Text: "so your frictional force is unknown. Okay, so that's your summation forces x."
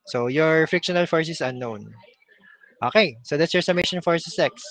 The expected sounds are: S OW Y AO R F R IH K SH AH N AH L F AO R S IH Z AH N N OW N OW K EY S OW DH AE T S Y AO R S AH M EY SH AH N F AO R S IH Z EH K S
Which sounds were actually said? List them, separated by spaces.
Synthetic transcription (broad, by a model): S OW Y AO R F R IH K SH AH N AH L F AO R S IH S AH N N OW N OW K EY S OW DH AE T S Y AO R S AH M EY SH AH N F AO R S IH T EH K S